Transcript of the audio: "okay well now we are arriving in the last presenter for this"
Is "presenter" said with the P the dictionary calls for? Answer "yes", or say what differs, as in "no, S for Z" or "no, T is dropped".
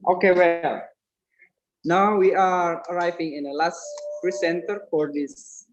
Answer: no, F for P